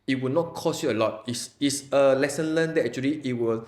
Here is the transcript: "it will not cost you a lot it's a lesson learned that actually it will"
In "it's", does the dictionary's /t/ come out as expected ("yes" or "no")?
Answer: no